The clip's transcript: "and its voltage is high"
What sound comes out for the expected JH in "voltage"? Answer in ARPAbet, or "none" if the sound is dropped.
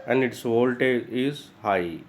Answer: none